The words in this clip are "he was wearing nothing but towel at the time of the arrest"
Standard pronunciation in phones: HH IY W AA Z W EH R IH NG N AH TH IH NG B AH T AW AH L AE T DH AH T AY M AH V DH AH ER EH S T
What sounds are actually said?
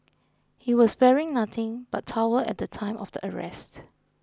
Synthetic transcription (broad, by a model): HH IY W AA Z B EH R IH NG N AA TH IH NG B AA T AW AH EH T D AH T AY M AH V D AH ER EH S T